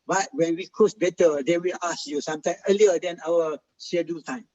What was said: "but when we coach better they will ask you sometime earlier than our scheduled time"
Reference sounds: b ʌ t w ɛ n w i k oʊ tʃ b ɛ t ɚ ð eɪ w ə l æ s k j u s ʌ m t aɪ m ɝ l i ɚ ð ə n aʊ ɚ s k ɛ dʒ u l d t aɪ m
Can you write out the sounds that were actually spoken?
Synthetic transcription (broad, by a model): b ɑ t w ɛ n w i k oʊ s b ɛ t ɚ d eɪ w ə l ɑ s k j u s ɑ m t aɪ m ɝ l i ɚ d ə n aʊ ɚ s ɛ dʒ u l t aɪ m